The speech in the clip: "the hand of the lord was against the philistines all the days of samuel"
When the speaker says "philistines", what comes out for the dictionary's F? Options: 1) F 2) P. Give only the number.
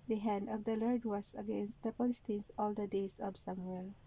2